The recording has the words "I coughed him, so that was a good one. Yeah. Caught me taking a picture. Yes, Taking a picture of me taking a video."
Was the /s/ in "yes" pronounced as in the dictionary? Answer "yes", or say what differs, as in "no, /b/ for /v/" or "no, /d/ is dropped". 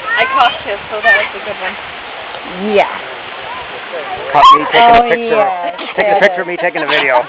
no, /s/ is dropped